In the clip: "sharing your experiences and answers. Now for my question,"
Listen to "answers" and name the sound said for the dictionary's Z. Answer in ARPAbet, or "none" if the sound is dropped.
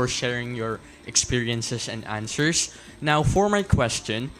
S